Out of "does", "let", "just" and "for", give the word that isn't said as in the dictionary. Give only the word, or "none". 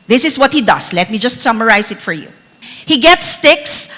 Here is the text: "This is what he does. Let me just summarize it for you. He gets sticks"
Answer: does